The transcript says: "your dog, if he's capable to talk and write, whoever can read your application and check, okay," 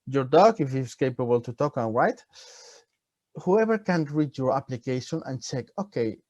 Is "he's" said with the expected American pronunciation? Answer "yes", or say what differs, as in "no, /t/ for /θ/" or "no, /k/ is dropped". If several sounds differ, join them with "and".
no, /s/ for /z/